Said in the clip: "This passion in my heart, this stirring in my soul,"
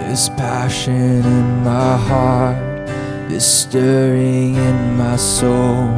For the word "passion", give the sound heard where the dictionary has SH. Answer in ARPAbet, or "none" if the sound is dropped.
SH